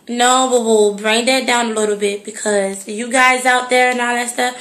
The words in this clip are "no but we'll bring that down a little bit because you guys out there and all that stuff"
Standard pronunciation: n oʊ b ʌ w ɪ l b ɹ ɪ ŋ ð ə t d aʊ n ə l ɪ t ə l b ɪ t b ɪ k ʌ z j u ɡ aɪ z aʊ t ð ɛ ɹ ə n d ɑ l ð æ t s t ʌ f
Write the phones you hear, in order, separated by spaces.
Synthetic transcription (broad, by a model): n oʊ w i w ɪ l b ɹ ɪ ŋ ð ə t d aʊ n ə l ɪ t l b ɪ t b ɪ k ʌ z j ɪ ɡ aɪ z aʊ t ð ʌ ɹ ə n ɑ l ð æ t s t ʌ f